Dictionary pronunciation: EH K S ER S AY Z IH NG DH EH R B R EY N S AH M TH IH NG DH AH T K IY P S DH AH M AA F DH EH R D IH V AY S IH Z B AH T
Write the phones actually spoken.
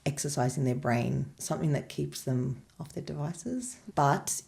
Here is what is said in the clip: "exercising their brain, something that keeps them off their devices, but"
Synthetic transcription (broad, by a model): EH K S ER S AY Z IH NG DH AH R B R EY N S AH M TH IH NG DH AH T K IY P S DH AH M AA F DH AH R D IH V AY S IH Z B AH T